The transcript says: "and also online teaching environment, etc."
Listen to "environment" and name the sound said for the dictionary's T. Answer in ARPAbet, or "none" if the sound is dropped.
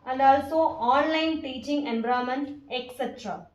none